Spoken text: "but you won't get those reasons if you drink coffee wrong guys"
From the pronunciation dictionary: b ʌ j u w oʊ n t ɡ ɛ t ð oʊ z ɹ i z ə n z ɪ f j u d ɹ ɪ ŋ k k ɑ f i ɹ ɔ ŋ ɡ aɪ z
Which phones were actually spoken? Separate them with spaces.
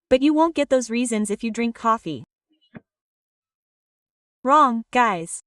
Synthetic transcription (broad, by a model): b ʌ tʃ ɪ w oʊ n ɡ ɛ t ð oʊ z ɹ i z ə n z ɪ f j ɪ d ɹ ɪ ŋ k k ɑ f i ɹ ɔ ŋ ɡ aɪ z